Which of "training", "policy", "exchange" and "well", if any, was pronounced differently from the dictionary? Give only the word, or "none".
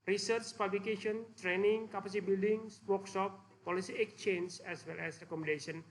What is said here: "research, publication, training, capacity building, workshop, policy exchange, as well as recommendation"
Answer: exchange